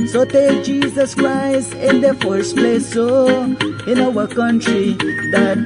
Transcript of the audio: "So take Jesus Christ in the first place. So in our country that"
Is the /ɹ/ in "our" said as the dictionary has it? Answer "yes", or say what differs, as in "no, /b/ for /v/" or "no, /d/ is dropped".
no, /w/ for /ɹ/